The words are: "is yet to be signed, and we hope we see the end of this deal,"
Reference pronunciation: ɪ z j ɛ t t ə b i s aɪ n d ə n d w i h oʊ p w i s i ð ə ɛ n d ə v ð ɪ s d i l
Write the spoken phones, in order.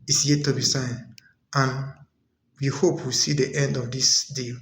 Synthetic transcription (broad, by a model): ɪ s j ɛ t t ə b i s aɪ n ə n w i h oʊ p w i s i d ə ɛ n d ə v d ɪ s d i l